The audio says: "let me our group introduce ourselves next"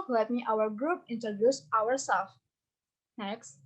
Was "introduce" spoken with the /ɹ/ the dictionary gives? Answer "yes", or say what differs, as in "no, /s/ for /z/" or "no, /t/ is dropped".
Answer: yes